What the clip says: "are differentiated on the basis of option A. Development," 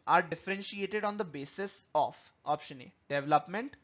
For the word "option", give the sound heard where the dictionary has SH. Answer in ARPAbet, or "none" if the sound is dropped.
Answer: SH